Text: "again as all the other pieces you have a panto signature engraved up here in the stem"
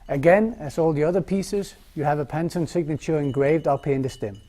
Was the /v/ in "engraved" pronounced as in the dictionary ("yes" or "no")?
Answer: yes